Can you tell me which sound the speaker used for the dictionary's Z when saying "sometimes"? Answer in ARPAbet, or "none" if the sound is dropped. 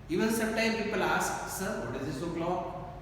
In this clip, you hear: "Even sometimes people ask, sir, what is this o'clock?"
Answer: none